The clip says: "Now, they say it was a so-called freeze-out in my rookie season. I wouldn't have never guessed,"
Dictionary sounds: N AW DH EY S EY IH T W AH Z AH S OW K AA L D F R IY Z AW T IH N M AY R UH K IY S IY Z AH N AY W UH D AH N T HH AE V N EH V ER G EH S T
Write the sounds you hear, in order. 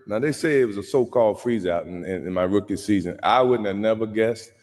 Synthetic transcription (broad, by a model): N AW DH EY S EY IH T W AH Z AH S OW K AA L D F R IY Z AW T IH N M AY R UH K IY S IY Z AH N AY W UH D N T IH N EH V ER G EH S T